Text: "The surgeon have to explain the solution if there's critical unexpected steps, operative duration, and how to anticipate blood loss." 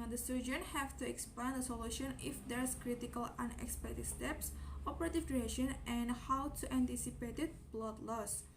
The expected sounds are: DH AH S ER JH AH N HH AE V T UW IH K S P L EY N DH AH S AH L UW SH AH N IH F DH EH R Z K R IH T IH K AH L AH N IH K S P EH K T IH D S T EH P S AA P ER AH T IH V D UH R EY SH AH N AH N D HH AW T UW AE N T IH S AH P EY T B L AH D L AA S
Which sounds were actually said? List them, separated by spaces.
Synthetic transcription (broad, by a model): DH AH S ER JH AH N HH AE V T UW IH K S P EY N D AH S AH L UW SH AH N IH F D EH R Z K R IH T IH K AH L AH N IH K S P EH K T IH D S T EH P S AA P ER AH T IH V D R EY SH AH N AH N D HH AW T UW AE N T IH S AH P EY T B L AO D L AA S